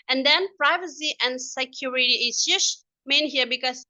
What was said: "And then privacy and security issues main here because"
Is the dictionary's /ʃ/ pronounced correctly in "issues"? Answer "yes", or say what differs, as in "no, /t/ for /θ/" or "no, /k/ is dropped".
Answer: no, /s/ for /ʃ/